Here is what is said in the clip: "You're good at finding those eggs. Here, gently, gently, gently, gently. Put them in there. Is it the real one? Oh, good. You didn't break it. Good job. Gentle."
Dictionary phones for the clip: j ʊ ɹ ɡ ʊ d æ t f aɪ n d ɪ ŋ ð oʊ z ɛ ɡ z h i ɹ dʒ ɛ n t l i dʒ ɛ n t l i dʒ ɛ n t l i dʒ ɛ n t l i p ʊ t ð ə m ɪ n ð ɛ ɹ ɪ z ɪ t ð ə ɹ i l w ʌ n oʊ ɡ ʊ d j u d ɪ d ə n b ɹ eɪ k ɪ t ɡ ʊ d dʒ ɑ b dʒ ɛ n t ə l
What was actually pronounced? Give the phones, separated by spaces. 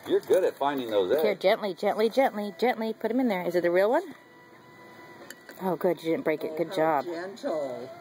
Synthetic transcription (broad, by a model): j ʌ ɹ ɡ ʊ d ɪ t f aɪ n d ɪ ŋ ð oʊ ʊ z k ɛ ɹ dʒ ɛ n t l i dʒ ɛ n t l i dʒ ɛ n t l i dʒ ɛ n t l i p ʊ t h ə m ɪ n ð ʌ ɹ ɪ z ɪ t ð ə ɹ i l w ʌ n oʊ ɡ ʊ d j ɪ d ɪ d n b ɹ eɪ k ɪ t ɡ ʊ d dʒ ɑ b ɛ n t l